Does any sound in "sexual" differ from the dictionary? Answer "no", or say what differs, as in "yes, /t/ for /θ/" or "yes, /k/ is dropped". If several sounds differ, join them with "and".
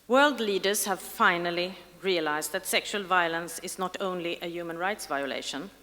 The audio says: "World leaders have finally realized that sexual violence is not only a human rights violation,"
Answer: no